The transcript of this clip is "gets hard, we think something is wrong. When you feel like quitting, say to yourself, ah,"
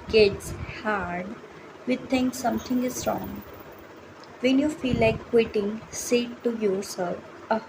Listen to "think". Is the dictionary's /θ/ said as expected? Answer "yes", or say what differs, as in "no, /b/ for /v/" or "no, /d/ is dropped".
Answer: no, /t/ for /θ/